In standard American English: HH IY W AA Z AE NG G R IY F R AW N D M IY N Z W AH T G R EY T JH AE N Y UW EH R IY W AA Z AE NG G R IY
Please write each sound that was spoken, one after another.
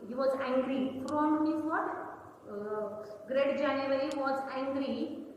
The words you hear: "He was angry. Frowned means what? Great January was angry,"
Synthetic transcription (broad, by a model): HH IY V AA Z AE NG G R IY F R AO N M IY Z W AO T G R EY T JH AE N Y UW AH R IY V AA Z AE NG G R IY